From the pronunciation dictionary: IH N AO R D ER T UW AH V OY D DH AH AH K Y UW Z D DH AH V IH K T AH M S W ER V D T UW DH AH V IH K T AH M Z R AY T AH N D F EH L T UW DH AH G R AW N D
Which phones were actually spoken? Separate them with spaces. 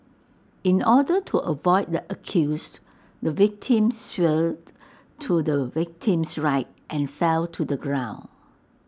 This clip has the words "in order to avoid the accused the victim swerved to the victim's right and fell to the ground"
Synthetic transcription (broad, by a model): IH N AO D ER T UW AH V OY D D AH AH K Y UW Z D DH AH V IH K T AH M S W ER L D T UW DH AH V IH K T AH M S R AY T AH N F EH L T UW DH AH G R AW N